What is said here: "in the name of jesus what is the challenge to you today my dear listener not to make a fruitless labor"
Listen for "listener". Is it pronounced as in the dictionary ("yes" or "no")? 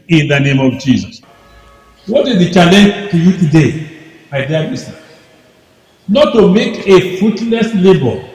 no